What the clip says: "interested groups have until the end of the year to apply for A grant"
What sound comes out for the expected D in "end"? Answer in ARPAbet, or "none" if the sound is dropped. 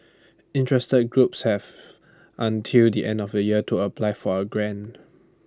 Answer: D